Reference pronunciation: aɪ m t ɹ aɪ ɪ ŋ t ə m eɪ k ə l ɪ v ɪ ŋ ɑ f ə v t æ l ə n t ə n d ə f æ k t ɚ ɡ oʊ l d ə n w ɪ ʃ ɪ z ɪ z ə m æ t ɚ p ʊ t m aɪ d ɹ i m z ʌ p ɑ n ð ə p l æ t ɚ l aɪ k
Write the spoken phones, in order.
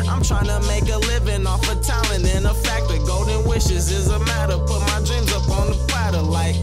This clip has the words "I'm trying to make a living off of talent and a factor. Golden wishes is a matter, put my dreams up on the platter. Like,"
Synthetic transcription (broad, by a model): aɪ m t ɹ aɪ ɪ ŋ t ə m eɪ k ə l ɪ v ɪ ŋ ɑ f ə t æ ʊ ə n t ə n ə f æ k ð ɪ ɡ oʊ d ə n w ɪ ʃ ɪ z ɪ z ə m æ t ɚ p ʊ t m aɪ d ɹ i m z ʌ p n ð ə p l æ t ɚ l aɪ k